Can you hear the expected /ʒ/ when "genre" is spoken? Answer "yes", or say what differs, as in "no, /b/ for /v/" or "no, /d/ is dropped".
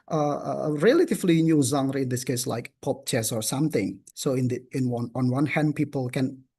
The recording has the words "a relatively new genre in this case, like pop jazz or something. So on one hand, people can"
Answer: no, /z/ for /ʒ/